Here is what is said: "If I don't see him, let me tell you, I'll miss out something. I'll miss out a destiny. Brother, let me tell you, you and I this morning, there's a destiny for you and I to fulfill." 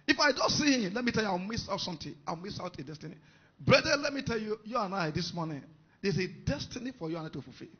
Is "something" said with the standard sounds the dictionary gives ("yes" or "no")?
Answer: no